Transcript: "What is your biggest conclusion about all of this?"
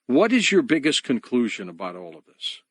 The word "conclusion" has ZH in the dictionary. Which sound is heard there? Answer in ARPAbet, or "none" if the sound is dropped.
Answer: ZH